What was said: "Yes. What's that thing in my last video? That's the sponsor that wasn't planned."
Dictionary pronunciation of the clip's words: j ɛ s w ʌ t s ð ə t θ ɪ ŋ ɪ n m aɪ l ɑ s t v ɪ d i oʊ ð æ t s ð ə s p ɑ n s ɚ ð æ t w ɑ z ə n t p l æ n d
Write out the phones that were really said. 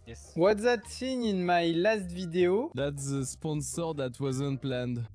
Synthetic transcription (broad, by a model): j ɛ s w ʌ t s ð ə t s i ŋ ɪ n m aɪ l ɑ s t v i d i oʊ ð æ t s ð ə s p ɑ n s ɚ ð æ t w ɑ z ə n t p l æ n d